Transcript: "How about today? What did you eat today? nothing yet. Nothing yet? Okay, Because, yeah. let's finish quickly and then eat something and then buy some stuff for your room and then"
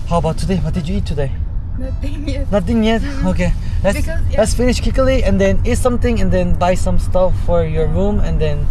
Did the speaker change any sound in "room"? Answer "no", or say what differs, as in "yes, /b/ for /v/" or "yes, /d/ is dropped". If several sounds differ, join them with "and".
no